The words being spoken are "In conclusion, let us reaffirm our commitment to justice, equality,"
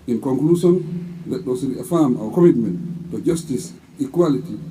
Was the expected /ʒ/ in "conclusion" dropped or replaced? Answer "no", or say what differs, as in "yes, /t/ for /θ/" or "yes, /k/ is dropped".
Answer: yes, /s/ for /ʒ/